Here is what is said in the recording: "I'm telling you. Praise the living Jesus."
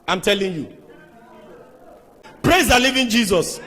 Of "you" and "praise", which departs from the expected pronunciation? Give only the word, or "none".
none